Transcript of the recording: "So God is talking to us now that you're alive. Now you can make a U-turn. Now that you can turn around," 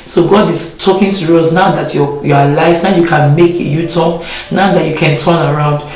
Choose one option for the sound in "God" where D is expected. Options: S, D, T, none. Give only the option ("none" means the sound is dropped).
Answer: D